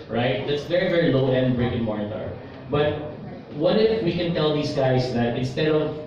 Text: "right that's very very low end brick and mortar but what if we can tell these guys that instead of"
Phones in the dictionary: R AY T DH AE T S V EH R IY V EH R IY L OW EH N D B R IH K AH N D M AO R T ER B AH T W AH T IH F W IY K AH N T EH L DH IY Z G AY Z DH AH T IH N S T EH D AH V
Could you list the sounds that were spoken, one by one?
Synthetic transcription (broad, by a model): R AY T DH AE T S V EH R IY V EH R IY L OW EH N D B R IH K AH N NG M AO R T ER B AH T W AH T IH F W IY K AH N T EH L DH IY S G AY S DH AH T IH N S T EH D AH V